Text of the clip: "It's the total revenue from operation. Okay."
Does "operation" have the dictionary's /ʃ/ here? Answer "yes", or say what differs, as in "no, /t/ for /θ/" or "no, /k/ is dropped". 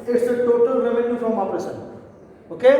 no, /s/ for /ʃ/